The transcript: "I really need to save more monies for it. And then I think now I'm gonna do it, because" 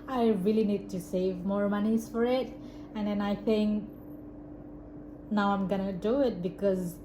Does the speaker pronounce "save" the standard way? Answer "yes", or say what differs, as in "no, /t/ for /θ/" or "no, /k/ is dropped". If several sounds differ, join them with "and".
yes